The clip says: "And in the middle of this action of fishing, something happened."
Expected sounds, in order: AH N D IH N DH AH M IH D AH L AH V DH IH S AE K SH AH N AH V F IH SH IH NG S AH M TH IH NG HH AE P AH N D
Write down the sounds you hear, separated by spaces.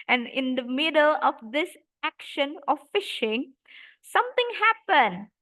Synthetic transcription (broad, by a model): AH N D IH N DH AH M IH D AH L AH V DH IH S AE K SH AH N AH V F IH SH IH NG S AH M T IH NG HH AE P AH N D